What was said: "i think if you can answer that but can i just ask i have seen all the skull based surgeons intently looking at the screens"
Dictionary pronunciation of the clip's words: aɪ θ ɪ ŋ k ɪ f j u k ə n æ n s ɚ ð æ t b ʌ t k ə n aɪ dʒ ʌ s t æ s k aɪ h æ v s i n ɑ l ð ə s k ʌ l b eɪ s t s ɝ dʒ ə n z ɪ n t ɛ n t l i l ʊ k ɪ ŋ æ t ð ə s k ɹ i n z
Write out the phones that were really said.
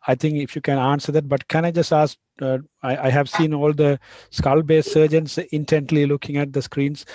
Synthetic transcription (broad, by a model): aɪ t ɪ ŋ k ɪ f j u k ə n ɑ n s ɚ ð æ t b ʌ t k ə n aɪ dʒ ʌ s t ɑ s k aɪ h æ v s i n ɑ l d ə s k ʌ l b eɪ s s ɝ dʒ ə n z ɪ n t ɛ n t l i l ʊ k ɪ ŋ æ t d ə s k ɹ i n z